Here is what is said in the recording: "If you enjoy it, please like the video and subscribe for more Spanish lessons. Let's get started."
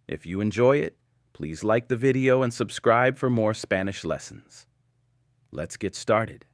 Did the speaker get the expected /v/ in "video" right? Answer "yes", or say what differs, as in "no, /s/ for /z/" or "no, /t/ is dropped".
yes